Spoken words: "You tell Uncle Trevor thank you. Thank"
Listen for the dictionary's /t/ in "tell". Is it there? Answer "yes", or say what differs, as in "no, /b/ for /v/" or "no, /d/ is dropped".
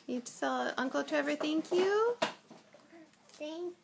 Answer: no, /s/ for /t/